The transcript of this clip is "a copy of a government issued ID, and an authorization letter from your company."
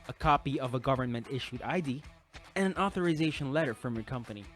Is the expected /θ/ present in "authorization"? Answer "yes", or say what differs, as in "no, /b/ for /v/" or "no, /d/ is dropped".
yes